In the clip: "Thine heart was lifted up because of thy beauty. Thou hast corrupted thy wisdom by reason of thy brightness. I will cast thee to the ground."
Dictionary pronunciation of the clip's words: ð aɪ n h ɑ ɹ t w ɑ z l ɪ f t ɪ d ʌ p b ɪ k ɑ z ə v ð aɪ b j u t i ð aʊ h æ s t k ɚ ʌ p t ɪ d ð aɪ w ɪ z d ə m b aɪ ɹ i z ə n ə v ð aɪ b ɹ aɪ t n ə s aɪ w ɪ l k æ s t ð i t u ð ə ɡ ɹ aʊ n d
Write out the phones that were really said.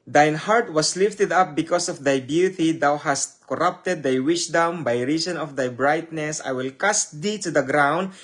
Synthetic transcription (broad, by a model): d aɪ n h ɑ ɹ t w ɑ s l ɪ f t ɪ d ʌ p b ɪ k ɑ s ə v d aɪ b j u t i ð aʊ h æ s t k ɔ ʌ p t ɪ d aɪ w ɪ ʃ d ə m b aɪ ɹ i s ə n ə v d aɪ b ɹ aɪ t n ə s aɪ w ɪ l k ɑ s t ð i t u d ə ɡ ɹ aʊ n d